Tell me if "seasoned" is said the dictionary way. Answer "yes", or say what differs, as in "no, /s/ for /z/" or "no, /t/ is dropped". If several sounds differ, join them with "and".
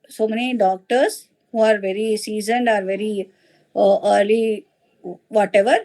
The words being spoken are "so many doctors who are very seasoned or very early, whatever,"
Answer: yes